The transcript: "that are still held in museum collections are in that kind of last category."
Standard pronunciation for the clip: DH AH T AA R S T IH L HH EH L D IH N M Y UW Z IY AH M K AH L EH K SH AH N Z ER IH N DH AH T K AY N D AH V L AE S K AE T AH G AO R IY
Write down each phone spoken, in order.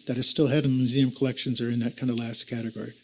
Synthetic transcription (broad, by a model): DH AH T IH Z S T IH L HH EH D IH N M Y UW Z IY AH M K AH L EH K SH AH N Z ER IH N DH AH T K AY N D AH L AE S K AE T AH G AO R IY